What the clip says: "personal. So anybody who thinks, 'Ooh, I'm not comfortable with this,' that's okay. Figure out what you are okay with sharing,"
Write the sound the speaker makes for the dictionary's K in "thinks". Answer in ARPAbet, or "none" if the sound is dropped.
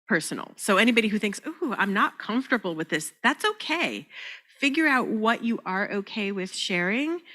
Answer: K